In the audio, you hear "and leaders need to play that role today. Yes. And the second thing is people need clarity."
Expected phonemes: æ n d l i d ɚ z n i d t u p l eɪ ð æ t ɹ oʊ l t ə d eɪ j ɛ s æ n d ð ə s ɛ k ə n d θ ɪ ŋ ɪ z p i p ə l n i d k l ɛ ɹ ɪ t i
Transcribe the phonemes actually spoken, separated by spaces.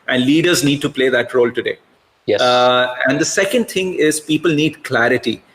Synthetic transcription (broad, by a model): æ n d l i d ɚ z n i d t u p l eɪ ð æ t ɹ oʊ l t ə d eɪ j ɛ æ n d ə s ɛ k ə n d t ɪ ŋ ɪ z p i p ə l n i d k l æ ɹ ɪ t i